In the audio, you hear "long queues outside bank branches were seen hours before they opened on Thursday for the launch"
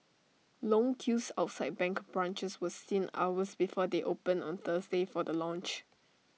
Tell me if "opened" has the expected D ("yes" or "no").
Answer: no